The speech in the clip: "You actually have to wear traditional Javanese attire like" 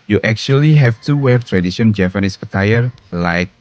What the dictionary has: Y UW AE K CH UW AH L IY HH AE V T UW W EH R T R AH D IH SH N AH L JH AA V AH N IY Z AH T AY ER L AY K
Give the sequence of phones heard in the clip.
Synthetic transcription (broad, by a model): Y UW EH K CH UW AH L IY HH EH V T UW W EH R T R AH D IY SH AH N JH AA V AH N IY S AH T AY ER L AY K